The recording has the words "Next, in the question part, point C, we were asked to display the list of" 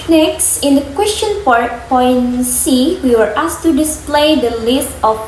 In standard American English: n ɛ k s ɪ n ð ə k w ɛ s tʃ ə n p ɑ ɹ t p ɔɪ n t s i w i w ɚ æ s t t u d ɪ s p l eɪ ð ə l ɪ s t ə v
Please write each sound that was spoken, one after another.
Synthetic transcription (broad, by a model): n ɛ k s ɪ n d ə k w ɛ s tʃ ə n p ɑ ɹ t p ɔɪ n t s i w i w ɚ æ s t t u d ɪ s p l eɪ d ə l ɪ s t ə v